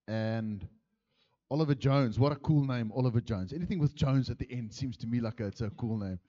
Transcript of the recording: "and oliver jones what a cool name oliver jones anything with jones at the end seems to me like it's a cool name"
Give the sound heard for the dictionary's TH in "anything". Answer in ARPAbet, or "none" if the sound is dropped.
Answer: TH